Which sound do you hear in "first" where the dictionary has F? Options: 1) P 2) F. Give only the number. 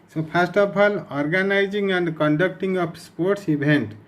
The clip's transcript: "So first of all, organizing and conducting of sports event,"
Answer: 1